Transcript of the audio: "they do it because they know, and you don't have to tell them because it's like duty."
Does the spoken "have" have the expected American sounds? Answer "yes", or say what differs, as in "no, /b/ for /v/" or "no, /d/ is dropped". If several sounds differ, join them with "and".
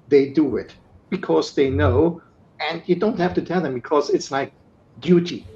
no, /f/ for /v/